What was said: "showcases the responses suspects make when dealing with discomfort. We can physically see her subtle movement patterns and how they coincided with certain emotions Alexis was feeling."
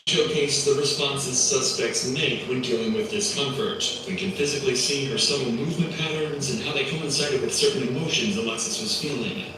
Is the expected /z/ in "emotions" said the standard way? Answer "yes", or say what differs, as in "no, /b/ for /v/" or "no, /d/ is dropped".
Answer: yes